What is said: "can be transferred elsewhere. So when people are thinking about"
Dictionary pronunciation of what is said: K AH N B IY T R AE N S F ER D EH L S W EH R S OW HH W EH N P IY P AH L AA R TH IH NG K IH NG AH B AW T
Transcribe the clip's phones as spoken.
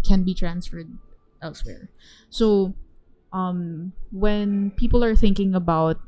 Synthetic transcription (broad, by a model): K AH N B IY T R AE N S F ER D EH L S W EH R S OW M W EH N P IY P AH L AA R TH IH NG K IH NG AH B AW T